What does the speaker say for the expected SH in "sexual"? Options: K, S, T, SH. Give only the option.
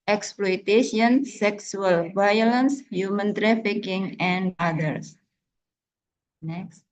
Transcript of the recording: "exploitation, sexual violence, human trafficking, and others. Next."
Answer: S